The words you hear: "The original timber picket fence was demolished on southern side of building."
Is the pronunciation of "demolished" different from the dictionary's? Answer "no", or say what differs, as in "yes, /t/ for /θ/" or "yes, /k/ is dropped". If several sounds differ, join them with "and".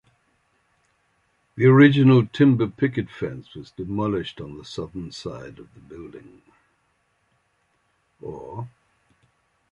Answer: no